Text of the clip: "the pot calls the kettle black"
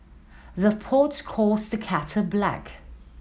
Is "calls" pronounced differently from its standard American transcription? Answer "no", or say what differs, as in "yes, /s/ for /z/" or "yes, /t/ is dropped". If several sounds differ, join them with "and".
yes, /l/ is dropped